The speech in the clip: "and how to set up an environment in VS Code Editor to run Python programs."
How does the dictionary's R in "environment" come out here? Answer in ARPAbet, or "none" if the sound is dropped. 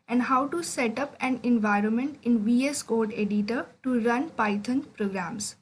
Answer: R